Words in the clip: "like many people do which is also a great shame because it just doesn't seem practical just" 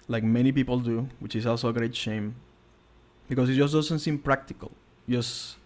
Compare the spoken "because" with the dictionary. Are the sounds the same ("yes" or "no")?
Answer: no